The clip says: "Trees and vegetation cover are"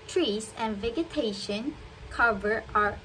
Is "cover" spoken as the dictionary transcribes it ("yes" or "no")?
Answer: yes